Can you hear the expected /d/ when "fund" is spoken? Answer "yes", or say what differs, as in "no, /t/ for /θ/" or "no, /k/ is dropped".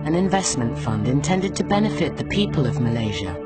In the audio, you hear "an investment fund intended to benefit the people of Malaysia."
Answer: yes